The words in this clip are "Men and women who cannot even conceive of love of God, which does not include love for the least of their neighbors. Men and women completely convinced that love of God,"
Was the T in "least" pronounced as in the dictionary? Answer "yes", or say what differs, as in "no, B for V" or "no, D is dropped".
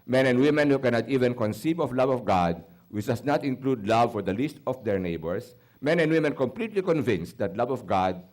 yes